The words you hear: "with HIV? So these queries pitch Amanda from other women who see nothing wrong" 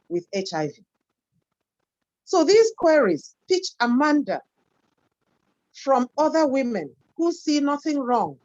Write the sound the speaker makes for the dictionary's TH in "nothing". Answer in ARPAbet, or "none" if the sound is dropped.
TH